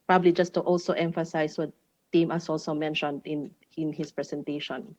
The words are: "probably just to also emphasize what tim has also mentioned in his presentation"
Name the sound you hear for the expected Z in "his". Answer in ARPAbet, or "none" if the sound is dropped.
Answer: S